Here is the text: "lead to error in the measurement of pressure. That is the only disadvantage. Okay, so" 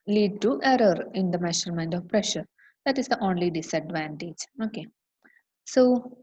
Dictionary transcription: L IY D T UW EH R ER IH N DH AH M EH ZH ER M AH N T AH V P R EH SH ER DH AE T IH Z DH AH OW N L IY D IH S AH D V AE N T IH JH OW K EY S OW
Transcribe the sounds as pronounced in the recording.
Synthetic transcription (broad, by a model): L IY D T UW EH R ER IH N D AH M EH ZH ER M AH N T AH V P R EH SH ER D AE T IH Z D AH OW N L IY D IH S AH D V AE N T IH JH OW K EY S OW